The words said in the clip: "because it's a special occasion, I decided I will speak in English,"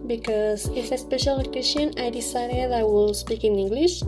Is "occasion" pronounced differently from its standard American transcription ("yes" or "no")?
yes